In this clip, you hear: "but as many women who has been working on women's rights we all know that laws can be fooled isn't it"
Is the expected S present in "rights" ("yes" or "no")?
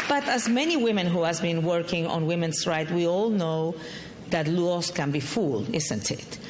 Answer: no